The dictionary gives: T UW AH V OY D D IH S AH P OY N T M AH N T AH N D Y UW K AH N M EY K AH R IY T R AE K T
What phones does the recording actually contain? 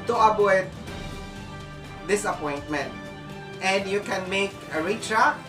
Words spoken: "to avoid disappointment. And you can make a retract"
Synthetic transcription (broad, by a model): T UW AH B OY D D IH S AH P OY N T M AH N T AH N D Y UW K AH N M EY K AH R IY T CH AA